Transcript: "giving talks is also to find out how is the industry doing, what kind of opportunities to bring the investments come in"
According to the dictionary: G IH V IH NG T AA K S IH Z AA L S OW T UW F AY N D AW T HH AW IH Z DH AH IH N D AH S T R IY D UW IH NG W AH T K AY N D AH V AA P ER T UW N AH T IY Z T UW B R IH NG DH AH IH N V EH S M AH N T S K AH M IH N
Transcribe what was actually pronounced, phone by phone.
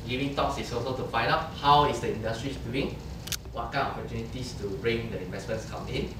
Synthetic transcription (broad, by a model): G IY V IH NG T AA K S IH S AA S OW T UW F AY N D AW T HH AW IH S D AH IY N D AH S T R IY D UW IH NG W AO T K AY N AA P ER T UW N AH T IY S T UW B R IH NG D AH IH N V EH S M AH N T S K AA M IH N